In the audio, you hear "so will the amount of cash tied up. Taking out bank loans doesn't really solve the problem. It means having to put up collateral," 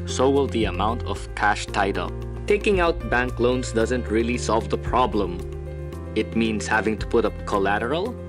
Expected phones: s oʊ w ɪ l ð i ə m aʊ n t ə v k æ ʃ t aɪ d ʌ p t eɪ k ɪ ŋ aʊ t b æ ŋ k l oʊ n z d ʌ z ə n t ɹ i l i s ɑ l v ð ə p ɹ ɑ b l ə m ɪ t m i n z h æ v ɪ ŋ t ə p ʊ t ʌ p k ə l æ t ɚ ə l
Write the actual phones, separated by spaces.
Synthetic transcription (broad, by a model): s oʊ w ɪ l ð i ə m aʊ n t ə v k æ ʃ t aɪ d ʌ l t eɪ k ɪ ŋ aʊ t b æ ŋ k l oʊ n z d ʌ z ə n t ɹ i l i s ɑ l v ð ə p ɹ ɑ b l ə m ɪ t m i n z h æ v ɪ ŋ t ə p ʊ t ʌ p k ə l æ t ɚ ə l